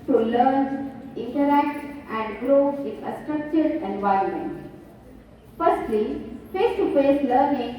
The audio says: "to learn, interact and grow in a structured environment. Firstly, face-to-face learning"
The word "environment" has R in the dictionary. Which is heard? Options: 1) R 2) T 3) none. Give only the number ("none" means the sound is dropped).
1